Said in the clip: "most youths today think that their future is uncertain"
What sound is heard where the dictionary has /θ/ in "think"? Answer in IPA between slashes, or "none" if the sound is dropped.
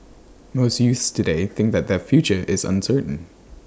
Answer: /θ/